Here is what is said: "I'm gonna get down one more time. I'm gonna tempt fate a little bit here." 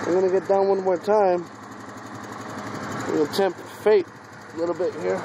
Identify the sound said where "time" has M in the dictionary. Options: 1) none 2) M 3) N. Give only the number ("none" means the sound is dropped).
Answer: 1